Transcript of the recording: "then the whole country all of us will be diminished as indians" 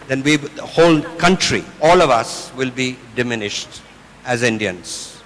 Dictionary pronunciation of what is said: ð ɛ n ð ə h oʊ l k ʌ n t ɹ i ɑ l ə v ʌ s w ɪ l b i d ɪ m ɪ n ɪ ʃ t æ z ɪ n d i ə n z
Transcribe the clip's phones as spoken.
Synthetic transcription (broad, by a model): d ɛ n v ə h oʊ l k ʌ n t ɹ i ɑ l ə v ʌ s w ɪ l b i d ɪ m ɪ n ɪ ʃ t æ z ɪ n d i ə n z